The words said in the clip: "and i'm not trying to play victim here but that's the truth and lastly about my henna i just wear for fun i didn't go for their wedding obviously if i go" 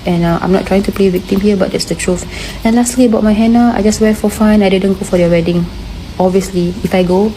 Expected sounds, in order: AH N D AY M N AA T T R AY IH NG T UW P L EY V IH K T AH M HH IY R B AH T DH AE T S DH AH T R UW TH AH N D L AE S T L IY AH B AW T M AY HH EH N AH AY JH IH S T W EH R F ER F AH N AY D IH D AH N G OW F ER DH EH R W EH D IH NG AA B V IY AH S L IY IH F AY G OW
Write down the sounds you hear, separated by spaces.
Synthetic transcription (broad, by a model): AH N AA AY M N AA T T R AY IH NG T UW P L EY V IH K T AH M HH IY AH B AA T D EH T S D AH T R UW F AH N L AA S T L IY AH B AW T M AY HH EH N AH AY JH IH S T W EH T F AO F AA N AY D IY D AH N G OW F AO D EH W EH D IH NG AA B V IY AH S L IY IH F AY G OW